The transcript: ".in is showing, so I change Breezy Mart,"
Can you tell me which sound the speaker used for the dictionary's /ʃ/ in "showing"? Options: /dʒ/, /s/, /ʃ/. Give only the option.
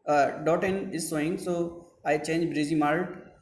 /s/